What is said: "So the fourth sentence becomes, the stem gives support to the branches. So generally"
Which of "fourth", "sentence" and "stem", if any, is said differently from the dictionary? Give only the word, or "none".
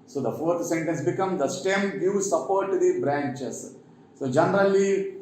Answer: fourth